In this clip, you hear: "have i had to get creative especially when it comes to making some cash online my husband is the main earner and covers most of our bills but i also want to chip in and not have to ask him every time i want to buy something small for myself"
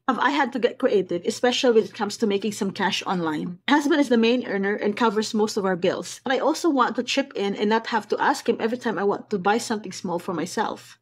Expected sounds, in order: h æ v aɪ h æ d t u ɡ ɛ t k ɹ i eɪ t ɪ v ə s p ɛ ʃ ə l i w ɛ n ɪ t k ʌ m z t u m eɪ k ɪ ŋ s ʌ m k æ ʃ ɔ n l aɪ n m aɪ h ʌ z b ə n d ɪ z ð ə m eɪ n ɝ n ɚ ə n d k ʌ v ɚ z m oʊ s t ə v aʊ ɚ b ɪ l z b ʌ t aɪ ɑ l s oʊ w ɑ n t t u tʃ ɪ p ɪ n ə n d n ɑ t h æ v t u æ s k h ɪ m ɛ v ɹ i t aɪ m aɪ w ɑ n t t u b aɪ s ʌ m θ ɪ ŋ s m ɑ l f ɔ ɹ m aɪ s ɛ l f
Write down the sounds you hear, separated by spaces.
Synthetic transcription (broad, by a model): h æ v aɪ h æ d t u ɡ ɛ t k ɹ i eɪ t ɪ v ə s p ɛ ʃ ə l i w ɛ n ɪ t k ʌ m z t u m eɪ k ɪ ŋ s ʌ m k æ ʃ ɔ n l aɪ n h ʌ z b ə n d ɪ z ð ə m eɪ n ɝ n ɚ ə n k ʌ v ɚ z m oʊ s t ə v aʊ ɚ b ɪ l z b ʌ t aɪ ɑ l s oʊ w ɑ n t t u tʃ ɪ p ɪ n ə n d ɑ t h æ v t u æ s k h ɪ m ɛ v ɹ i t aɪ m aɪ w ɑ n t t u b aɪ s ʌ m θ ɪ ŋ s m ɑ l f ɔ ɹ m aɪ s ɛ l f